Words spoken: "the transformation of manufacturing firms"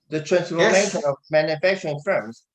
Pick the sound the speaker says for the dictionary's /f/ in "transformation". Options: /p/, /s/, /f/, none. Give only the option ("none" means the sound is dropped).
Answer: /p/